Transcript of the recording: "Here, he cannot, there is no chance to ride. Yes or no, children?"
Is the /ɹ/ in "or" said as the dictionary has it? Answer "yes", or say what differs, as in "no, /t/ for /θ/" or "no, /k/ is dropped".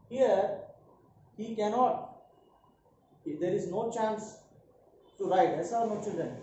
no, /l/ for /ɹ/